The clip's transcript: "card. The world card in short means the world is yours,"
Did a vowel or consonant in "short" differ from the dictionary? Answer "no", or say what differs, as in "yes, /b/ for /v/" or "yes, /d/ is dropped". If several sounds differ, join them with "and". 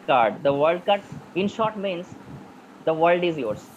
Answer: no